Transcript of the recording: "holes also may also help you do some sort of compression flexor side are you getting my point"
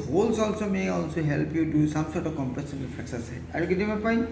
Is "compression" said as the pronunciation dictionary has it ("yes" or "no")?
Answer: no